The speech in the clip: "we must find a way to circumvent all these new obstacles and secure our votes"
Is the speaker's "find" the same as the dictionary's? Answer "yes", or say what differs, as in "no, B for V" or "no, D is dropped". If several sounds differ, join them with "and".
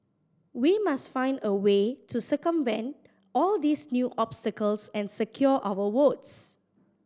yes